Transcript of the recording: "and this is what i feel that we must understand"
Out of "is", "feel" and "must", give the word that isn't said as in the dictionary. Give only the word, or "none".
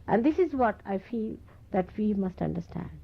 none